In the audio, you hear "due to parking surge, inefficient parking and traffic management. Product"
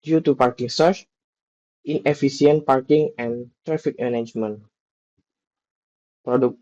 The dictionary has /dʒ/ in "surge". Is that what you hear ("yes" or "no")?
no